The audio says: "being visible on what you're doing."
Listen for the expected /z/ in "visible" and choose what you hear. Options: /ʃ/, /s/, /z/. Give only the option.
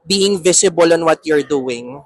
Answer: /s/